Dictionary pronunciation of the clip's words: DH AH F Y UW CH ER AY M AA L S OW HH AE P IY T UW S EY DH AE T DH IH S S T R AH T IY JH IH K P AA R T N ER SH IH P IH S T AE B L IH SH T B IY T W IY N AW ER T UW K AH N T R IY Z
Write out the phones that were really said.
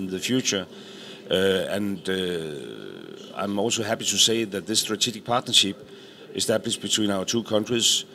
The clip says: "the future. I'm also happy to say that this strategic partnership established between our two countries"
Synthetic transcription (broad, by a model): DH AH F Y UW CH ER AY M AA L S OW HH AE P IY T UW S EY DH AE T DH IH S S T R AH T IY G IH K P AA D N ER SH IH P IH S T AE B L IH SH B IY S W IY N AW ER S UW K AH N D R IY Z